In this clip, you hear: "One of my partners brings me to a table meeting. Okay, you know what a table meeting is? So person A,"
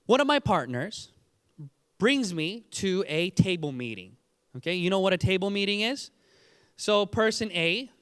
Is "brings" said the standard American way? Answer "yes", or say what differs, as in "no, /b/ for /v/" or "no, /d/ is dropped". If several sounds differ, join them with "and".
yes